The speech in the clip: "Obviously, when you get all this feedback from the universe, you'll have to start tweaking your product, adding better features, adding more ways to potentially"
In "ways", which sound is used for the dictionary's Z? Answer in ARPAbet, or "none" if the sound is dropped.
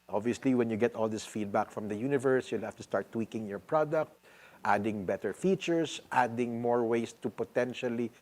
S